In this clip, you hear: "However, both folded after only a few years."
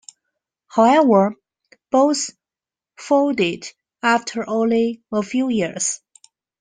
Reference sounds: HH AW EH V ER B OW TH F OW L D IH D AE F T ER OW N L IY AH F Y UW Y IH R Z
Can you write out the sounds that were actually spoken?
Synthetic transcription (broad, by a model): HH AW EH V ER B OW S F OW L D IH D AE F T ER OW N L IY AH F Y UW Y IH R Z